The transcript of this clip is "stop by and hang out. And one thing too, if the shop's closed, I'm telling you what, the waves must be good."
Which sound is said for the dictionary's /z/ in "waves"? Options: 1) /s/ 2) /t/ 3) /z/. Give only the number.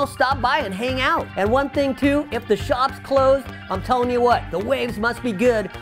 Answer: 3